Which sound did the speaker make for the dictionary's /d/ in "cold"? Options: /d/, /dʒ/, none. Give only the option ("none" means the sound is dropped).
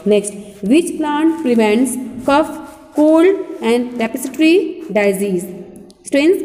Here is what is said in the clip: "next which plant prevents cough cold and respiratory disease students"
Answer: none